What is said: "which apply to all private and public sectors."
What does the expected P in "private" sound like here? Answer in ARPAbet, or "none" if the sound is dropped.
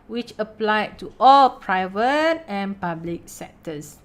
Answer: P